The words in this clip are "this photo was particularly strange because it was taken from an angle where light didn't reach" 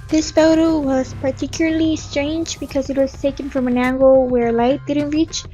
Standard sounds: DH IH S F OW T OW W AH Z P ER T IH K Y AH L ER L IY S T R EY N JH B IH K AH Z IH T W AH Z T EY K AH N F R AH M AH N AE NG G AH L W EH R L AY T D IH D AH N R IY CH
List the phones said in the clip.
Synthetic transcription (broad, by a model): DH IH S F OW T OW W AH Z P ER T IH K Y L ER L IY S T R EY N JH B IH K AH Z IH T W AH Z T EY K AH N F R AH M AH N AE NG G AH L W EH R L AY T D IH D N R IY CH